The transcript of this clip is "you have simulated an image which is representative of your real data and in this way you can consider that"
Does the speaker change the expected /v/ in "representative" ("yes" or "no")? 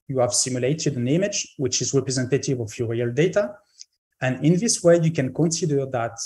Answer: no